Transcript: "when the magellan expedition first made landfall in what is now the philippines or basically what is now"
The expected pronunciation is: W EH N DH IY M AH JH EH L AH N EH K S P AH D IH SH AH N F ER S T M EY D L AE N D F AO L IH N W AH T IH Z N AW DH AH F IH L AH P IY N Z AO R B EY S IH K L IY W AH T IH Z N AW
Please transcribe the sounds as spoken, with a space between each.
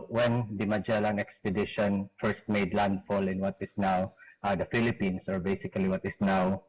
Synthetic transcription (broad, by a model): W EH N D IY M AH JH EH L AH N EH K S P AH D IH SH AH N F ER S T M EY D L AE N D F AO L IH N W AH T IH S N AW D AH F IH L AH P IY N S AO R B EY S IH K L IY W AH T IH S N AW